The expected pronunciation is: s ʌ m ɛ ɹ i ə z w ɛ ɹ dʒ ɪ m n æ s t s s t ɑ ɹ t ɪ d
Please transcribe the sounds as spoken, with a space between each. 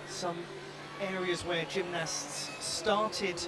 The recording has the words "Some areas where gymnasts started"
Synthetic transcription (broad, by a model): s ʌ m ɛ ɹ i ə z w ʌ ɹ dʒ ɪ m n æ s t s s t ɑ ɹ t ɪ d